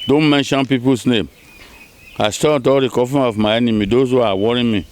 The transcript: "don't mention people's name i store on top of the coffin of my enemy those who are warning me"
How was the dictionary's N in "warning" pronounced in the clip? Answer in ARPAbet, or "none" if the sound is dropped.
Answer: none